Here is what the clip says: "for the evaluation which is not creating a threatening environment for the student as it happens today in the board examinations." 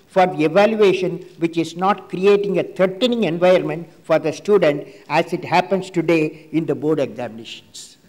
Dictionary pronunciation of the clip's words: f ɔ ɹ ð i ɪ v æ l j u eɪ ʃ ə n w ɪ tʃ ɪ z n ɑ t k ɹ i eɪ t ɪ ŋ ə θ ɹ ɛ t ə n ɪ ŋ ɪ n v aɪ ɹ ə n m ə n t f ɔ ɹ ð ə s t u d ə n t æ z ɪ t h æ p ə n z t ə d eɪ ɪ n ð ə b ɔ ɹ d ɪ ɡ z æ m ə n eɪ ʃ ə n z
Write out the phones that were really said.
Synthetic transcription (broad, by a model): f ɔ ɹ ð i ɪ v æ l j u eɪ ʃ ə n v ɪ tʃ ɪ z n ɑ t k ɹ i eɪ t ɪ ŋ ə t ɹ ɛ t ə n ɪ ŋ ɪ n v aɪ ə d m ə n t f ɔ ɹ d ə s t u d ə n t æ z ɪ t h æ p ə n s t ə d eɪ ɪ n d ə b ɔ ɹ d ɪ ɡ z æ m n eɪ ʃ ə n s